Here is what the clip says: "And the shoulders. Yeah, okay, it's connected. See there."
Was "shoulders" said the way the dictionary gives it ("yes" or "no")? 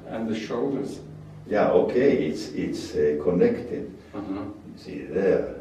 yes